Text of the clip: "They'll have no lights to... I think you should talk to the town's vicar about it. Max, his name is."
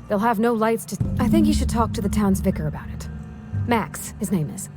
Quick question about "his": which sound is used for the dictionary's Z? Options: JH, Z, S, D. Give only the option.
Z